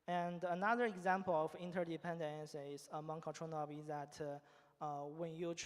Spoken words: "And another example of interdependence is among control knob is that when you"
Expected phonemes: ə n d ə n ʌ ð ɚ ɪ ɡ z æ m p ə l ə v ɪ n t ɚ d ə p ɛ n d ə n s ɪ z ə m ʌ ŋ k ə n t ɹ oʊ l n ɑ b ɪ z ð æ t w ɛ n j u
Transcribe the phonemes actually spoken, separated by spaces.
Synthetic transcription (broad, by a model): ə n d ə n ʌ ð ɚ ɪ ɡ z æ m p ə l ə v ɪ n t ɚ d ə p ɛ n d ə n s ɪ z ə m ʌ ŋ k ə t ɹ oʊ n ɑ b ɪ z ð æ t w ɛ n j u